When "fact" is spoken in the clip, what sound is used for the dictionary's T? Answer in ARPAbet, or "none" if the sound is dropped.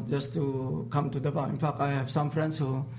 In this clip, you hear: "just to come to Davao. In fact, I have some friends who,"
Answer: none